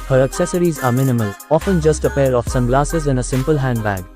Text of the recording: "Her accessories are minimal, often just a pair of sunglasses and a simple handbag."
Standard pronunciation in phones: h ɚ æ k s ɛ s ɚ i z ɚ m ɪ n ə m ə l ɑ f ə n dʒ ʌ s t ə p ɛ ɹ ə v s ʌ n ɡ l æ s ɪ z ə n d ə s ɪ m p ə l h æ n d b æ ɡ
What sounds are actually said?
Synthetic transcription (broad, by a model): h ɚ æ k s ɛ s ɚ i z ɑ m ɪ n ə m ə l ɑ f ə n dʒ ʌ s t ə p ɛ ɹ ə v s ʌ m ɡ l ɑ s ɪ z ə n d ə s ɪ m p ə l h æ n d b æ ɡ